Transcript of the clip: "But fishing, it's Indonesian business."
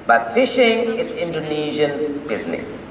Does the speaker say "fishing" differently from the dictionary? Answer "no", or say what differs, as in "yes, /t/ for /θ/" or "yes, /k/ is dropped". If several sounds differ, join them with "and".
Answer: no